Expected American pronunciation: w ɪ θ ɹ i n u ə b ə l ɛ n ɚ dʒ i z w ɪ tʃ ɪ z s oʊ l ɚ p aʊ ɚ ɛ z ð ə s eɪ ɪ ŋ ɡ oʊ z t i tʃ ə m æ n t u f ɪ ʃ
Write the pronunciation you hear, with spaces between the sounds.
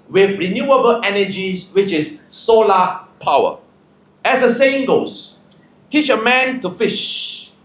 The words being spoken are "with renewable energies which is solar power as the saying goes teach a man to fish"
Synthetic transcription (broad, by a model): w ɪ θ ɹ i n u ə b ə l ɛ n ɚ dʒ i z w ɪ tʃ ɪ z s oʊ l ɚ p aʊ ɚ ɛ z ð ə s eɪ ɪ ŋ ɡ oʊ s t i tʃ ə m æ n t u f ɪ ʃ